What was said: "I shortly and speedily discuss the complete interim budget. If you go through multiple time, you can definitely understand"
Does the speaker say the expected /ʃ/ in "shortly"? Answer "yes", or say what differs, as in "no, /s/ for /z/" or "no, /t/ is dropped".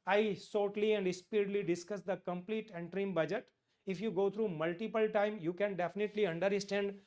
no, /s/ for /ʃ/